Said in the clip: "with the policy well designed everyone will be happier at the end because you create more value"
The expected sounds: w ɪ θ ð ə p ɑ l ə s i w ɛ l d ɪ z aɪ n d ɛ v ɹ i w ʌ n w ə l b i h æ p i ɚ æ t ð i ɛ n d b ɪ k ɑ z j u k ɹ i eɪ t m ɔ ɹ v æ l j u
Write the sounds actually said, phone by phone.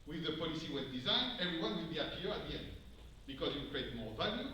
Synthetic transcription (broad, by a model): w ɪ ð ə p ɑ l ə s i w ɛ n d ɪ z aɪ n d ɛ v ɹ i w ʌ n w ə l b i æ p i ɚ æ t ð i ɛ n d b ɪ k ɑ z j u k ɹ i eɪ t m ɔ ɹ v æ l j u